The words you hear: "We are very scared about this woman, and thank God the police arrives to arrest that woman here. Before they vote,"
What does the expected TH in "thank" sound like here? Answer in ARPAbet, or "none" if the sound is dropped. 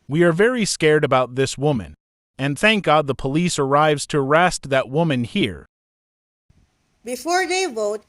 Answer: TH